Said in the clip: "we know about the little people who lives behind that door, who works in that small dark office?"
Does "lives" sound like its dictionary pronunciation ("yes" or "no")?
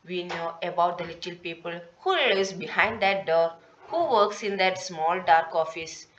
no